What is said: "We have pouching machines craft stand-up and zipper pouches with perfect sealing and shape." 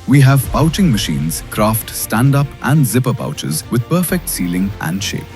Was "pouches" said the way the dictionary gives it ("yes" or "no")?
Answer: yes